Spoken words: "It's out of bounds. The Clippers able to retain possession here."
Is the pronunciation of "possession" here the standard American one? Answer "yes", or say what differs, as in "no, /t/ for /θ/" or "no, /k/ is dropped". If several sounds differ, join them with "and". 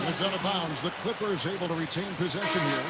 yes